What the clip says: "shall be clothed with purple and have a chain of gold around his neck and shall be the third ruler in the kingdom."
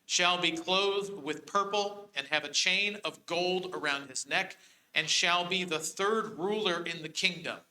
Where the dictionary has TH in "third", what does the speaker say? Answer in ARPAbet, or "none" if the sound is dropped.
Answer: TH